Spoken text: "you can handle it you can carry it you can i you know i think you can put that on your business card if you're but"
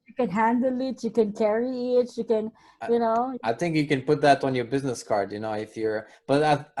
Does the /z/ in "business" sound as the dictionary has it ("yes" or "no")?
yes